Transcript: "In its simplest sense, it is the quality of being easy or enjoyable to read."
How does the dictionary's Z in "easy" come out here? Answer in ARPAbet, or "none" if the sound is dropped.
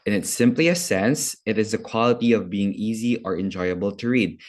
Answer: Z